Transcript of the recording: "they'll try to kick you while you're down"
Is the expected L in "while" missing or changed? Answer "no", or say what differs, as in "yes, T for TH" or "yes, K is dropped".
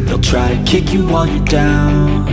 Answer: yes, N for L